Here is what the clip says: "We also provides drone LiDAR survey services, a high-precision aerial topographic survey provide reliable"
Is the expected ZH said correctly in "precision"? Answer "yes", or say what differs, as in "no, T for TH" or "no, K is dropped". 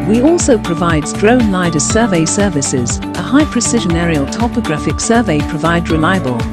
yes